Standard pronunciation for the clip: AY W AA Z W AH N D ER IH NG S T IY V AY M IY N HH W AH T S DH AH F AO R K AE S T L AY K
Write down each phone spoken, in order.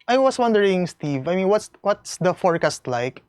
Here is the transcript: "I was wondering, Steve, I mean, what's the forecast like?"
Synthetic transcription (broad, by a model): AY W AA S W AH N D ER IH NG S T IY V AY M IY N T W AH T S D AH F AO R K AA S T L AY K